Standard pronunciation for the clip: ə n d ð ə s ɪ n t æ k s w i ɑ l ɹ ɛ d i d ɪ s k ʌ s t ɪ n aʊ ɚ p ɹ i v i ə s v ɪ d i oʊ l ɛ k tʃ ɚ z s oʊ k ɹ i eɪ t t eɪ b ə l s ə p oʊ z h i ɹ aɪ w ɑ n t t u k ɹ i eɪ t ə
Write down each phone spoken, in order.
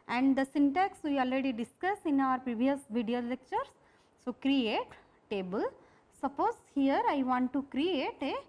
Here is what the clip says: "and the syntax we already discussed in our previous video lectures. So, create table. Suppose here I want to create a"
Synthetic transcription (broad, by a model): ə n d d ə s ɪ n t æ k s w i ɑ l ɹ ɛ d i d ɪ s k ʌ s ɪ n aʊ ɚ p ɹ i v i ə s v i d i oʊ l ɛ k tʃ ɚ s s oʊ k ɹ i eɪ t t eɪ b ə l s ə p oʊ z h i ɹ aɪ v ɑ n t t u k ɹ i eɪ t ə